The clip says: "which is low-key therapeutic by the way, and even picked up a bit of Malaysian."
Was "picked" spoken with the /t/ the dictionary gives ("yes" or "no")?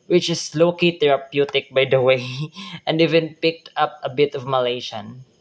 yes